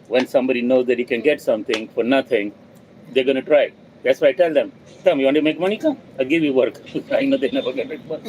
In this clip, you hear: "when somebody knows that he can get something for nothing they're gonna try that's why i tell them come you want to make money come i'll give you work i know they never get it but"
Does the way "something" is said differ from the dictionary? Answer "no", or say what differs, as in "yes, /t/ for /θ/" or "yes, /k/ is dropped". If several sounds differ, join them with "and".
yes, /t/ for /θ/